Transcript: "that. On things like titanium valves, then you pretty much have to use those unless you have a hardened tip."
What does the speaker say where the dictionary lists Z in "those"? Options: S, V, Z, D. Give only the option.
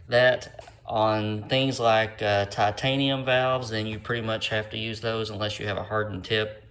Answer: Z